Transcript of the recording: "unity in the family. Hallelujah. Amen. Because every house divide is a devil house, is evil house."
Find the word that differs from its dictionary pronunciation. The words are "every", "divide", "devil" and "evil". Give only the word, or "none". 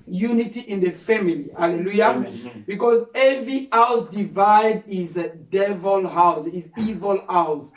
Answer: none